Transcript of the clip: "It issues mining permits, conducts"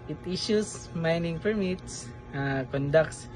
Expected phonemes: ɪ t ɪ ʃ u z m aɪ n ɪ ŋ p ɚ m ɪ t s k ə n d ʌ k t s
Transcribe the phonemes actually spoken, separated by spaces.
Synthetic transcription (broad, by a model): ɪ t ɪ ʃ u s m aɪ n ɪ ŋ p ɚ m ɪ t s k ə n d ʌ k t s